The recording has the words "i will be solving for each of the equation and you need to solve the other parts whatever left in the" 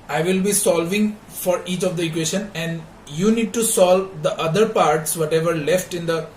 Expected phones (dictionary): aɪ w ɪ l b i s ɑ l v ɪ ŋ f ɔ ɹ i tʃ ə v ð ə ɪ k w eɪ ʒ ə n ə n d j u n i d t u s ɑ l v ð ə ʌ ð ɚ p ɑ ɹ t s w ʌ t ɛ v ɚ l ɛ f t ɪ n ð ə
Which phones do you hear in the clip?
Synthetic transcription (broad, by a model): aɪ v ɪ l b i s ɑ l v ɪ ŋ f ɔ ɹ i tʃ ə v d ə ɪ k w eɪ ʃ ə n ə n d j u n i d t u s ɑ l v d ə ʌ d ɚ p ɑ ɹ t s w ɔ t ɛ v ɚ l ɛ f t ɪ n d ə